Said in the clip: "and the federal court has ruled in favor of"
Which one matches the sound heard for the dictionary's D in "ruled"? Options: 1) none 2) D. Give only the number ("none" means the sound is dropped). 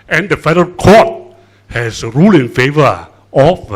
1